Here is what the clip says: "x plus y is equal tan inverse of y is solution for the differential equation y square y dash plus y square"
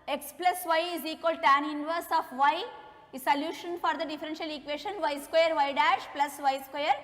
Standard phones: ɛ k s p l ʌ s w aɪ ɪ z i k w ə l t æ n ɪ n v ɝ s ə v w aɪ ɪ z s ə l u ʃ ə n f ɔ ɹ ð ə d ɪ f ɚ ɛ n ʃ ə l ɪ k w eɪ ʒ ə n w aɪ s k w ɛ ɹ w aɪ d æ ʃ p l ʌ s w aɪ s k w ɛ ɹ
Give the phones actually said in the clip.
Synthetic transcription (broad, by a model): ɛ k s p l ʌ s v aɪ ɪ z i k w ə l t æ n ɪ n v ɝ s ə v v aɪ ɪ s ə l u ʃ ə n f ɔ ɹ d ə d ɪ f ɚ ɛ n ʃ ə l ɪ k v eɪ ʃ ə n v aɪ s k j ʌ ɹ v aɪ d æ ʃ p l ʌ s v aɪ s k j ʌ ɹ